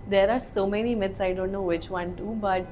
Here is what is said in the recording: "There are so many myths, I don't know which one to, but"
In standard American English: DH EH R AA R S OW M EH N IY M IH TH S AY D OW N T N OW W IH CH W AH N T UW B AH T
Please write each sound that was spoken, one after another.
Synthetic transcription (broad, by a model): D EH R AA R S OW M EH N IY M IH T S AY D OW N T N OW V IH CH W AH N T UW B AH T